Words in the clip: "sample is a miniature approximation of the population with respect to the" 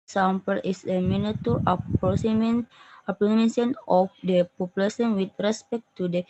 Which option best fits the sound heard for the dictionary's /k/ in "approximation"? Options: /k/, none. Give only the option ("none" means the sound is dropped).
none